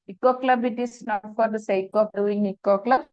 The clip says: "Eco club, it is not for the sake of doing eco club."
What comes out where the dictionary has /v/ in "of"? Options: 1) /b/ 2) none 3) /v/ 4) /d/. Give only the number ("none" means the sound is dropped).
1